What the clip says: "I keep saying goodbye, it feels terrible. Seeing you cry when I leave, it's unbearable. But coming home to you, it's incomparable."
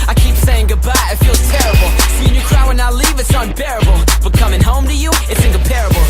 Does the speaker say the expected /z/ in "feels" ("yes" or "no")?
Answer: no